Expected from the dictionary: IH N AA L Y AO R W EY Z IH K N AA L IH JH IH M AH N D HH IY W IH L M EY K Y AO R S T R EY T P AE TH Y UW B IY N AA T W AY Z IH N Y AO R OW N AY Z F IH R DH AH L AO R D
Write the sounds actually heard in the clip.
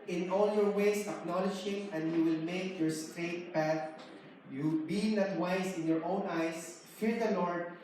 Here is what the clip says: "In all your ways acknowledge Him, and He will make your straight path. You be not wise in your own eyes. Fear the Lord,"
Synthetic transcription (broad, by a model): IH N AA L Y AO R W EY S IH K N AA L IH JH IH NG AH N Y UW W IH L M EY K Y AO R S T R EY T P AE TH Y UW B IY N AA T W AY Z IH N Y AO R OW N AY S F IH R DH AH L AO R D